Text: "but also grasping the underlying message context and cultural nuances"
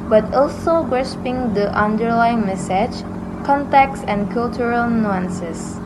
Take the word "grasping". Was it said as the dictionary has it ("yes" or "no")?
no